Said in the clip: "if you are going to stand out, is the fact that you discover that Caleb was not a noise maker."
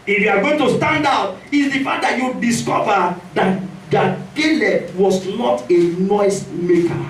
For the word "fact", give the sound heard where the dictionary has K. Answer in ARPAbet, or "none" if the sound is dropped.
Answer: none